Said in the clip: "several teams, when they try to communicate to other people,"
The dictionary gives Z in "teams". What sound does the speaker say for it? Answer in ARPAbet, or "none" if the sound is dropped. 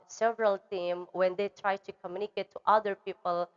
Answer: none